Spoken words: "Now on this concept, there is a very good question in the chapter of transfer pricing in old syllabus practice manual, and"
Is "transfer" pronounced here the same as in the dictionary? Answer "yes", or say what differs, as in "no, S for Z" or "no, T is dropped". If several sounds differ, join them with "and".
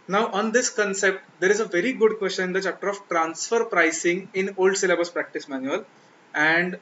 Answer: yes